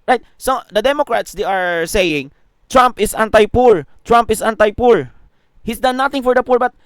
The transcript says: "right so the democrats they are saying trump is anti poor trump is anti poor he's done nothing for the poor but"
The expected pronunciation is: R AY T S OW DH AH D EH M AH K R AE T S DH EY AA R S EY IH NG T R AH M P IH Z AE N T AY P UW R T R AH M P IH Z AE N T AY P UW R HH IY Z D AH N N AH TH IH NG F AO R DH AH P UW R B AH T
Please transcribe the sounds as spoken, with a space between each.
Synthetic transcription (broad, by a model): R AY T S OW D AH D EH M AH K R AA T S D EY AA R S EY IH NG T R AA M P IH S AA N T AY P UW R T R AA M P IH S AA N T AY P UW R HH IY S D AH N N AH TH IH NG F AO R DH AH P UW R B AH T